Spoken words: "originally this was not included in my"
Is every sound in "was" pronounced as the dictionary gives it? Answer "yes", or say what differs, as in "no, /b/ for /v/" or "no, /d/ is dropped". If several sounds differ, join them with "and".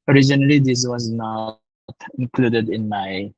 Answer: yes